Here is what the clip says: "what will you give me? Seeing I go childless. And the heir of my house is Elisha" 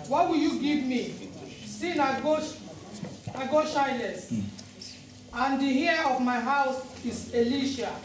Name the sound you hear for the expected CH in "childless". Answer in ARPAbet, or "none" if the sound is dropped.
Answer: SH